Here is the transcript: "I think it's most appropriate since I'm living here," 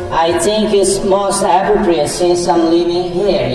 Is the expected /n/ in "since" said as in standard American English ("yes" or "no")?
no